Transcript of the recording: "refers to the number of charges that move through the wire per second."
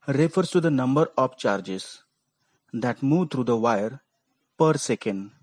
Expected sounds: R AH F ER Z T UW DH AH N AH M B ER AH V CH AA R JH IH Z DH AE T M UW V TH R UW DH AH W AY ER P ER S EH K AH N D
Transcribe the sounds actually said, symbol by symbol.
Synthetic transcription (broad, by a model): R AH F ER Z T UW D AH N AH M B ER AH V CH AA R JH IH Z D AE T M UW V T R UW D AH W AY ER P ER S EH K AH N D